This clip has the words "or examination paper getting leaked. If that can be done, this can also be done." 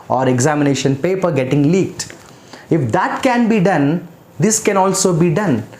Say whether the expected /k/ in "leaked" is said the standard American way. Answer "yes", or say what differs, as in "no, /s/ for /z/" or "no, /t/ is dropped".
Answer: yes